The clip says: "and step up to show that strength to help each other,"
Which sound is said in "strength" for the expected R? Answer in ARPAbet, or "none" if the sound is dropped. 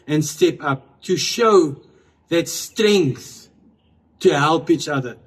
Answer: R